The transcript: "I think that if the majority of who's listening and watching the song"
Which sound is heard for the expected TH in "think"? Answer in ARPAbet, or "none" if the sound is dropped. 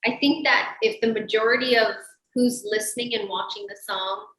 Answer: TH